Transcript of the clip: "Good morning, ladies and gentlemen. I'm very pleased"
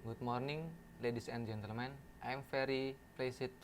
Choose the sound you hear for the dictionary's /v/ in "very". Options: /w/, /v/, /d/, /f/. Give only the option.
/f/